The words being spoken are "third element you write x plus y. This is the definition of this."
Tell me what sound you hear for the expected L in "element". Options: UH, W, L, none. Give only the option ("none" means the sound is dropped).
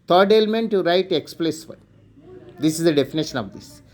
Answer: L